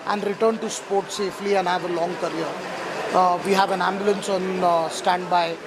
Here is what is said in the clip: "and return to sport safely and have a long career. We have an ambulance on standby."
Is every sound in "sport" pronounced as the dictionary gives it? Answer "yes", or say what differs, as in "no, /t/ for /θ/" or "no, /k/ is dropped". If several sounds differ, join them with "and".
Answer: yes